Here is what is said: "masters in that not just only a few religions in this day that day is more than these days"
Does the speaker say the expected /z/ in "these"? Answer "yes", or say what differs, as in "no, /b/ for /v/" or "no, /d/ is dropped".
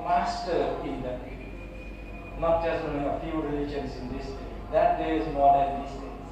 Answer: no, /s/ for /z/